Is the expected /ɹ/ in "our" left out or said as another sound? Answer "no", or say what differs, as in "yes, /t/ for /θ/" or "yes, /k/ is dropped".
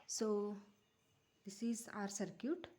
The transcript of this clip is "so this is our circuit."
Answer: no